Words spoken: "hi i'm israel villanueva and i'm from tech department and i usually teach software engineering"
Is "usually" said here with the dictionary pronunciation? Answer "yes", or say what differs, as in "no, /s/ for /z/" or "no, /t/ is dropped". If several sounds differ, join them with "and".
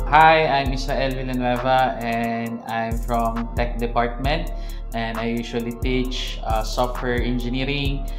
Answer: no, /ʃ/ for /ʒ/